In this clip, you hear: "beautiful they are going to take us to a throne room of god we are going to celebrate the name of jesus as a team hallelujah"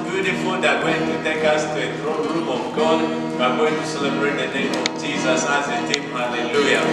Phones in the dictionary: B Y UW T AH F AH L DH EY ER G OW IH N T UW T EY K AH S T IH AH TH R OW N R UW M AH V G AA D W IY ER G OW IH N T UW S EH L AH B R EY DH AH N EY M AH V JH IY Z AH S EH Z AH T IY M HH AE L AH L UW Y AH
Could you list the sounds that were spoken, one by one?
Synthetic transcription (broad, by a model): B Y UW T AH F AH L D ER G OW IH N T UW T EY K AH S T IH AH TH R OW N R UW AH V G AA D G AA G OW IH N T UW S EH L AH B R EY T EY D JH IY Z AH S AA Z AH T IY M HH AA L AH L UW Y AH